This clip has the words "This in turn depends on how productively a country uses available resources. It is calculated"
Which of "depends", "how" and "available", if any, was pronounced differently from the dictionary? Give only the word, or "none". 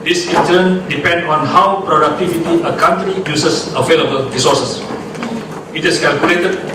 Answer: depends